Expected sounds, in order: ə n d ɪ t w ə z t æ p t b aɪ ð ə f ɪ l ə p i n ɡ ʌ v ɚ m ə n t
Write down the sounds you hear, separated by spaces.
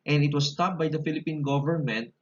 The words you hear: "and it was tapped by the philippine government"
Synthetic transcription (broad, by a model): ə n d ɪ t w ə s t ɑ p b aɪ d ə f ɪ l ə p i n ɡ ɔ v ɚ m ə n t